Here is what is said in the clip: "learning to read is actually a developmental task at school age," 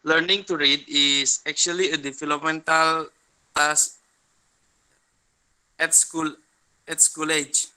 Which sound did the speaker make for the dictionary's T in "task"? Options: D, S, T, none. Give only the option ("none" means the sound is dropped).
S